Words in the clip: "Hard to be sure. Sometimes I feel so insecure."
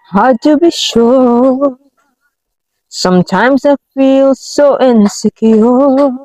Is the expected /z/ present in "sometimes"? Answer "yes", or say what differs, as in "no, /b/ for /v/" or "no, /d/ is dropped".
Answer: yes